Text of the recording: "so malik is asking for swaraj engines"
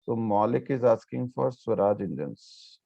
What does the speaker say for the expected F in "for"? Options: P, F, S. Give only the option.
F